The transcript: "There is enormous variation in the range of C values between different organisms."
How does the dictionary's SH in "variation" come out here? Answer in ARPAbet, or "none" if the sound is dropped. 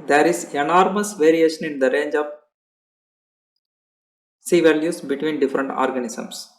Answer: SH